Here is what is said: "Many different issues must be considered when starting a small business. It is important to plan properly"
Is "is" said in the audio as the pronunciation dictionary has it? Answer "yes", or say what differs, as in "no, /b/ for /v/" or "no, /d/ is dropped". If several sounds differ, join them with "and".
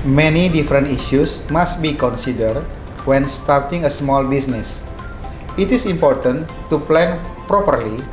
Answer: no, /s/ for /z/